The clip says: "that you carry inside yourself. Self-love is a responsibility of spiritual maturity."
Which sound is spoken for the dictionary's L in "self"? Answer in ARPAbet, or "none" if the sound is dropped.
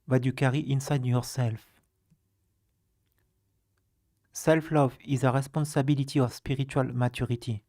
L